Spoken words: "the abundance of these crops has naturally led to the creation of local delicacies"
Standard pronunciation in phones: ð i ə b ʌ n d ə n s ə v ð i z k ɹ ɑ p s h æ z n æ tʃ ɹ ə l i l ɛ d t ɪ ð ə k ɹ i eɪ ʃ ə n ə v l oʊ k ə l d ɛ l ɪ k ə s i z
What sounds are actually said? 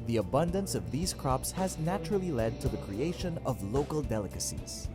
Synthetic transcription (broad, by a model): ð i ə b ʌ n d ə n s ə v ð i z k ɹ ɑ p s h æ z n æ tʃ ɹ ə l i l ɛ d t ɪ ð ə k ɹ i eɪ ʃ ə n ə v l oʊ k ə l d ɛ l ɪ k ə s i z